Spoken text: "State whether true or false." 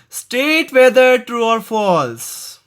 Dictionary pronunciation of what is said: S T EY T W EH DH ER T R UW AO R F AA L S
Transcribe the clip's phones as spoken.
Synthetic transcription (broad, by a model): S T EY T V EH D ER T R UW AO R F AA L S